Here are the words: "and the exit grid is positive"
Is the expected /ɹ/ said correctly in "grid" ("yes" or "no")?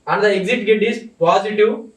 no